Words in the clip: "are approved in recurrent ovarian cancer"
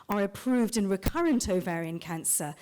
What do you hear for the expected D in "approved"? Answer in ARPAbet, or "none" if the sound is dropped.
D